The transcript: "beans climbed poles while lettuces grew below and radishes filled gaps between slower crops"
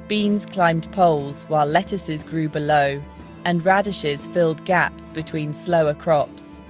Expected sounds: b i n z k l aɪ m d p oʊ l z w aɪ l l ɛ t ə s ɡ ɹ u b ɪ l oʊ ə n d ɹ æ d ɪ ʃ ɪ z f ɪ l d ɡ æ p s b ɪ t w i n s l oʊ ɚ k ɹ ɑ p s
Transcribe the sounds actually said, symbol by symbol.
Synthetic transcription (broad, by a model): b i n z k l aɪ m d p oʊ l z w aɪ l l ɛ t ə s ɡ ɹ u b ɪ l oʊ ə n ɹ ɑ d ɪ ʃ ɪ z f ɪ l d ɡ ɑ p s b ɪ t w i n s l oʊ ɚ k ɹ ɑ p s